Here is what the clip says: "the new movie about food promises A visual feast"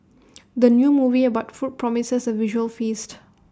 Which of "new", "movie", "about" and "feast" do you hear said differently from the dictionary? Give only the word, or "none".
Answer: none